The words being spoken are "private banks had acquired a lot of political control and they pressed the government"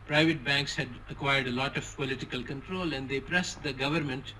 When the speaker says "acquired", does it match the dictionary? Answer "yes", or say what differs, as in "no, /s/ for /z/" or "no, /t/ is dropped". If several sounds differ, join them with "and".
yes